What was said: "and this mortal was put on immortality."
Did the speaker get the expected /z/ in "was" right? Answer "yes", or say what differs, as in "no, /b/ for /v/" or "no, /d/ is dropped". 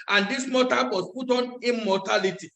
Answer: no, /s/ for /z/